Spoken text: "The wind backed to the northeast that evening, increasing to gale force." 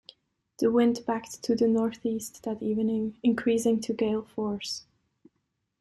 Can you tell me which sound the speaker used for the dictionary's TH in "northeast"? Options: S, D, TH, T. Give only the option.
TH